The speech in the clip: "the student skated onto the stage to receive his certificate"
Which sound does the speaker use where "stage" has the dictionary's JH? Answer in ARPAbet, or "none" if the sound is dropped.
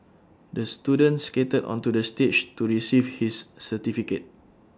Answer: CH